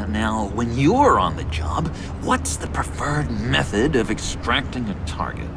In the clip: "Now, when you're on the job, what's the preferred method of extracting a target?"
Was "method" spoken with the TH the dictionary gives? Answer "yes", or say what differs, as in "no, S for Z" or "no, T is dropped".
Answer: yes